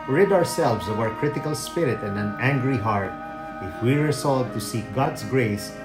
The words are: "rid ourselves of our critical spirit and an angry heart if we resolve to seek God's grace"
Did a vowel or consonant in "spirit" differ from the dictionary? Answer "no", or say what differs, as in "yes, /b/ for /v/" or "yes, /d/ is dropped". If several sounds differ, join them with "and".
no